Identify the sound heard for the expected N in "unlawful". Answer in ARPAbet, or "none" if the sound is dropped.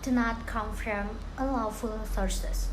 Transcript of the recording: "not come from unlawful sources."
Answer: none